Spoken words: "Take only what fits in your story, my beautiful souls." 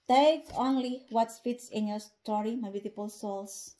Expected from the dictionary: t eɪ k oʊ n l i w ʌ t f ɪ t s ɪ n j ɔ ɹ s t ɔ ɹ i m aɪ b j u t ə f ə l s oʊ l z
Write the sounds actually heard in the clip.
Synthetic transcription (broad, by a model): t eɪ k oʊ n l i w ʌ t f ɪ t s ɪ n j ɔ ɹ s t ɔ ɹ i m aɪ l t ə p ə l s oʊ l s